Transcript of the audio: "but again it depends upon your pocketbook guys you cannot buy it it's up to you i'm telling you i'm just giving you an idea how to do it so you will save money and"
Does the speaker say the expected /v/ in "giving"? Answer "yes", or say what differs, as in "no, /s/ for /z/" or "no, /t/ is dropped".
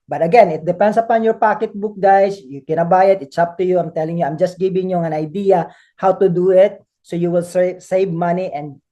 no, /b/ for /v/